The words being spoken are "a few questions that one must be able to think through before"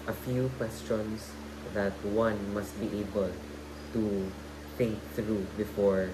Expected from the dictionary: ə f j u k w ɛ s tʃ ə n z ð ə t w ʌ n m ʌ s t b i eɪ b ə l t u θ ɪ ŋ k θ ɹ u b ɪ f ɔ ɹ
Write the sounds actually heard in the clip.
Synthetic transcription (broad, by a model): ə f j u k w ɛ s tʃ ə n s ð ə t w ʌ n m ʌ s t b i eɪ b ə l t u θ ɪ ŋ k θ ɹ u b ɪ f ɔ ɹ